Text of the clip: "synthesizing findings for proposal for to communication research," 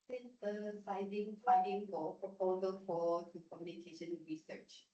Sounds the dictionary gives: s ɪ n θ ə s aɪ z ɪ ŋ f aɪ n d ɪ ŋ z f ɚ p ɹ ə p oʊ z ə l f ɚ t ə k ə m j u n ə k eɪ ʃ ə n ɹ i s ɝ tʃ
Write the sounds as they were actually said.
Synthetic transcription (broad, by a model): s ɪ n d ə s aɪ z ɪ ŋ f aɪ d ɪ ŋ f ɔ p ɹ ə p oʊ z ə l f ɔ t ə k ə m j u n ə k eɪ ʃ ə n ɹ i s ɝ tʃ